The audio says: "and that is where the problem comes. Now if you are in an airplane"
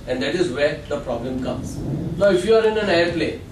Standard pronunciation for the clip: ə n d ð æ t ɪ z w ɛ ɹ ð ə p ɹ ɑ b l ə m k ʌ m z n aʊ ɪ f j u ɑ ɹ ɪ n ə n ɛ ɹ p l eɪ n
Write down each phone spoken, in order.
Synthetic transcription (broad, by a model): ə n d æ t ɪ z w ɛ ɹ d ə p ɹ ɑ b l ə m k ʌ m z l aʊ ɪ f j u ɑ ɹ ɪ n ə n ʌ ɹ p l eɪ